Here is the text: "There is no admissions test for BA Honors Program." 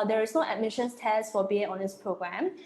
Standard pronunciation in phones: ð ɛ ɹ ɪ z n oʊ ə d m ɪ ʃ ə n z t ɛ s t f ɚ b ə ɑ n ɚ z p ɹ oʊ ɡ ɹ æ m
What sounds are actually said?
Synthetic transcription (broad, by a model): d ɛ ɹ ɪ s n oʊ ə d m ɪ ʃ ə n s t ɛ s t f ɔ b ə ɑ n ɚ s p ɹ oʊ ɡ ɹ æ m